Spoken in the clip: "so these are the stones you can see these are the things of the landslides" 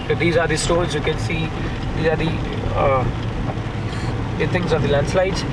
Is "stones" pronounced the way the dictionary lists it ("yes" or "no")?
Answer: no